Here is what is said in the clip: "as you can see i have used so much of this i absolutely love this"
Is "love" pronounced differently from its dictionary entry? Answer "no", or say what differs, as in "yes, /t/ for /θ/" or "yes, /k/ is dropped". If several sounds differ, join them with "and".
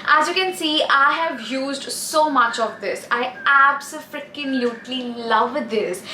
no